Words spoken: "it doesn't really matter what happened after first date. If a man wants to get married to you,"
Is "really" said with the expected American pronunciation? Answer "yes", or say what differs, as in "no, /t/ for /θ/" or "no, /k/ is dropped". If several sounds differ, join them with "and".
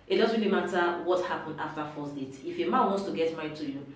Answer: yes